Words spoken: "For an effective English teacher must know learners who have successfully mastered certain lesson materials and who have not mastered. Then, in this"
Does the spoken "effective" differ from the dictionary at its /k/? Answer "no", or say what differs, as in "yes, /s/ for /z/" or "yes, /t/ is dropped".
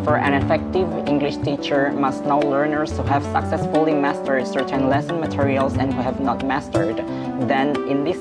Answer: no